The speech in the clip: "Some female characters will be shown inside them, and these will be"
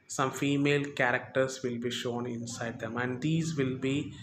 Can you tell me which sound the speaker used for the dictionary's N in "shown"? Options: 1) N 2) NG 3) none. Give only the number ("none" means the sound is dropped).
1